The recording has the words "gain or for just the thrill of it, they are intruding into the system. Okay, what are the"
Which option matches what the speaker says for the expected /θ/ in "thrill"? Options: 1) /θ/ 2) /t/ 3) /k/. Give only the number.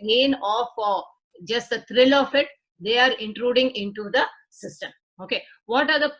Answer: 2